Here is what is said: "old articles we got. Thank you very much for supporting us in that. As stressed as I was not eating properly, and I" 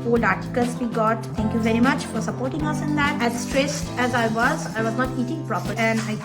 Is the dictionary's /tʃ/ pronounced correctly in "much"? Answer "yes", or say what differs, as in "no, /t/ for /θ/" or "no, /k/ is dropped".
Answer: yes